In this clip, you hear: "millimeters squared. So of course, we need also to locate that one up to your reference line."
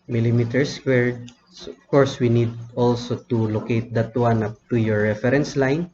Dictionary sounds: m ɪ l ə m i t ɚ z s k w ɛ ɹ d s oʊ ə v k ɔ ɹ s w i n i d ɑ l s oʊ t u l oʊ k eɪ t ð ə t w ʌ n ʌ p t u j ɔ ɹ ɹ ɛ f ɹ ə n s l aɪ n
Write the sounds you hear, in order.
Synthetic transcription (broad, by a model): m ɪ l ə m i t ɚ s w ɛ ɹ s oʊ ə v k ɔ ɹ s w i n i d ɑ l s oʊ t u l oʊ k eɪ t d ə t w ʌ n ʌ p t u j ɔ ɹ ɹ ɛ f ɹ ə n s l aɪ n